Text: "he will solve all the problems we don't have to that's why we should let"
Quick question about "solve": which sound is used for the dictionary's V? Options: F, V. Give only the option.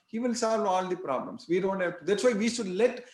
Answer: V